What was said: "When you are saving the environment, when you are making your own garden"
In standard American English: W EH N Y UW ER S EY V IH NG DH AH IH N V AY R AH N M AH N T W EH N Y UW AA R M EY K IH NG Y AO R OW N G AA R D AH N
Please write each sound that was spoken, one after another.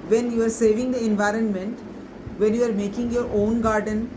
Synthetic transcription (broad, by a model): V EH N Y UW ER S EY V IH NG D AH IH N V AY R AH N M AH N T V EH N Y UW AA R M EY K IH NG Y AO R OW N G AA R D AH N